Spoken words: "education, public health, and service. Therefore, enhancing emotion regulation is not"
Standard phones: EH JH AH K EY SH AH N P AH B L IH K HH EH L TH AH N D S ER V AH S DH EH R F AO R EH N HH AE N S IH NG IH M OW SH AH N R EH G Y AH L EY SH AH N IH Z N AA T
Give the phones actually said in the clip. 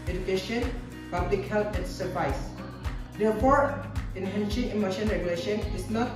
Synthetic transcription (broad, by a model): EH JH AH K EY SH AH N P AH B L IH K HH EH L T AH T S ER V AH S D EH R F AO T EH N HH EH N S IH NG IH M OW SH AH N R EH G Y AH L EY SH AH N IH S N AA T